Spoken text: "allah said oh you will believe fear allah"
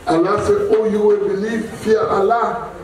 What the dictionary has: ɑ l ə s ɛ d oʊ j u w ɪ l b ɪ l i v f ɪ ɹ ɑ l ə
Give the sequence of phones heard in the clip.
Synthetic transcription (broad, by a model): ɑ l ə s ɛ oʊ j u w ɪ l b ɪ l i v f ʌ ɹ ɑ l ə